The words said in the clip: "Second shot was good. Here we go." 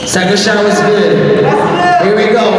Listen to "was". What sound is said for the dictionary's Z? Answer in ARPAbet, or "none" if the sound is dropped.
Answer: Z